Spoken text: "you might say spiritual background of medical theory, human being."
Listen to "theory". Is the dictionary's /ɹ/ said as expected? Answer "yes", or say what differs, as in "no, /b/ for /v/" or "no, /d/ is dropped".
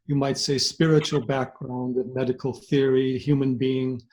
yes